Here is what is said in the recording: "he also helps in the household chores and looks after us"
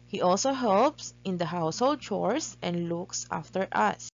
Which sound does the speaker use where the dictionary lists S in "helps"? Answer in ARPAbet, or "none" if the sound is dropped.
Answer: S